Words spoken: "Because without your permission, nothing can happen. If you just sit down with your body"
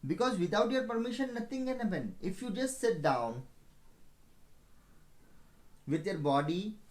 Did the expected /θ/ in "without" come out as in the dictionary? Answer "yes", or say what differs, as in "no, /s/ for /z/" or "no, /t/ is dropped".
no, /t/ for /θ/